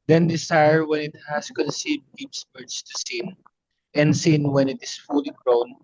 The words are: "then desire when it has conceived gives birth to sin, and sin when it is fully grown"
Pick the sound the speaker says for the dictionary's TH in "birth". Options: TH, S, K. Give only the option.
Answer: S